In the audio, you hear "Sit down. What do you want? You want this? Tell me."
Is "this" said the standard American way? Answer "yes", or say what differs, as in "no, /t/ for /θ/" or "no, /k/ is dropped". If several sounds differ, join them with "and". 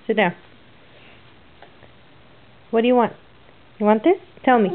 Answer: yes